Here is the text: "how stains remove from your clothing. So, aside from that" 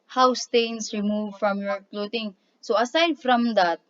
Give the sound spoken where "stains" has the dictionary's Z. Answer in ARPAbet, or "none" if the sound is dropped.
S